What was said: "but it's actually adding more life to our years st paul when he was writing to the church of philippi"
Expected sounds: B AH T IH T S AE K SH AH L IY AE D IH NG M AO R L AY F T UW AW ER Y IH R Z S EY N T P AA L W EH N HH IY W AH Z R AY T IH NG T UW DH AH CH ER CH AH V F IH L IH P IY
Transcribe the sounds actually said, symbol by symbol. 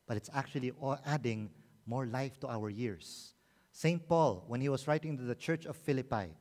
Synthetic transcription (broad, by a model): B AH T IH T S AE K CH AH L IY AE D IH NG M AO R L AY F T UW AW ER Y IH R S EY N T P AA L W EH N HH IY W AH S R AY T IH NG T UW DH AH CH ER CH AH V F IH L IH P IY